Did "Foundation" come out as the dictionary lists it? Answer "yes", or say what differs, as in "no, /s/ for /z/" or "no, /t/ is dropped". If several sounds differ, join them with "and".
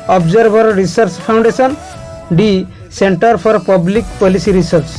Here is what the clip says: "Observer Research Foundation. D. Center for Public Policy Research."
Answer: no, /p/ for /f/